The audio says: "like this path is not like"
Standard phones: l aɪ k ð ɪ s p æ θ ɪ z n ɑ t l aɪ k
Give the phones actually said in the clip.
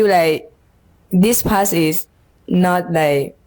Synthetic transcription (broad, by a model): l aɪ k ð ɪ s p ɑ s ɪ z n ɑ t l aɪ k